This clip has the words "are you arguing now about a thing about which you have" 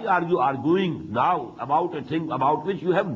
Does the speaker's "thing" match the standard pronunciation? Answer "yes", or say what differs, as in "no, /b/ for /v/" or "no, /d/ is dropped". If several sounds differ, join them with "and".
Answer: no, /t/ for /θ/